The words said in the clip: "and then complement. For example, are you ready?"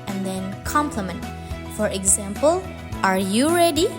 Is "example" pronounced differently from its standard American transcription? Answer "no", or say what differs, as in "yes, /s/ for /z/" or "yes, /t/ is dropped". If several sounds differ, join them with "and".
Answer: no